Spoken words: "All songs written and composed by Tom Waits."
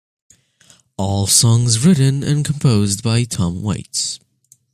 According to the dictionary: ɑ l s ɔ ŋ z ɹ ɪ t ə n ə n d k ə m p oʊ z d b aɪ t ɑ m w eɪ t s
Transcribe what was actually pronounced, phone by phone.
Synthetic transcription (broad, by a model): ɑ l s ɔ ŋ z ɹ ɪ t n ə n k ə m p oʊ z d b aɪ t ɑ m w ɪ t s